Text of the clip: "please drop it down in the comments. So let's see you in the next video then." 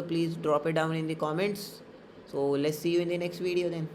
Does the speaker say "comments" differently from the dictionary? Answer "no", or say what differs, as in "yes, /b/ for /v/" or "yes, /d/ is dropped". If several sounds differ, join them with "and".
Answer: no